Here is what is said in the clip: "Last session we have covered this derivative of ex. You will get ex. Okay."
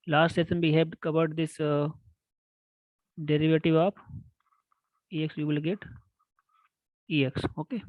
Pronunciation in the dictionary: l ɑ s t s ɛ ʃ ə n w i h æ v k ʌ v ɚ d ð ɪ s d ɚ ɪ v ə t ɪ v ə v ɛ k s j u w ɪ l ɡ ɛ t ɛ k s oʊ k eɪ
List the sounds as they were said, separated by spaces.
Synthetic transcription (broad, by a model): l ɑ s t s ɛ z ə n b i h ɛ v k ʌ v ɚ d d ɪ s d ɚ ɪ v ə t ɪ v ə p ɛ k s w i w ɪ l ɡ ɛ t ɛ k s oʊ k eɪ